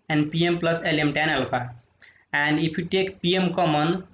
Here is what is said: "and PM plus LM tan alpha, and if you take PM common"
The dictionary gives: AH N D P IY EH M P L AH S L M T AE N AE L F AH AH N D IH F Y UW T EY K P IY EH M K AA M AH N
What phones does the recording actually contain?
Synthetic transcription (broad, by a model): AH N D P IY EH M P L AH S L M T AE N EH L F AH AH N D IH P Y UW T EY K P IY EH M K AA M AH N